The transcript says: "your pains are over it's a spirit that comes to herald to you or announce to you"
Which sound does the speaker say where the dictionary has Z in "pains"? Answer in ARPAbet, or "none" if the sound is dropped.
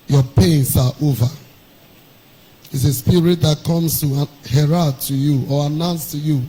S